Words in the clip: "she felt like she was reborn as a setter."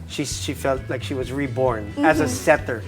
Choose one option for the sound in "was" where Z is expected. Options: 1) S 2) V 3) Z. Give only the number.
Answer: 3